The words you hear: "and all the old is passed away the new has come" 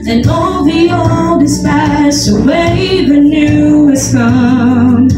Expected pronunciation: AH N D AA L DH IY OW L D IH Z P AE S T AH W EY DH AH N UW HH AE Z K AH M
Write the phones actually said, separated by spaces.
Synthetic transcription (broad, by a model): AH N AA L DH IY OW L D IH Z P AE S AH W EY DH AH N UW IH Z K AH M